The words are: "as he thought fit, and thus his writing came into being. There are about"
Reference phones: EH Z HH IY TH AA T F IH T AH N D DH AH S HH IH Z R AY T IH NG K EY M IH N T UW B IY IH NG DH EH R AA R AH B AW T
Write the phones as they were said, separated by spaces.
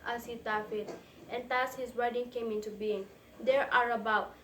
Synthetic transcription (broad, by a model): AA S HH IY T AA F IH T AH N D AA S HH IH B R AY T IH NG K EY M IH N T UW B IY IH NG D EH R AA R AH B AW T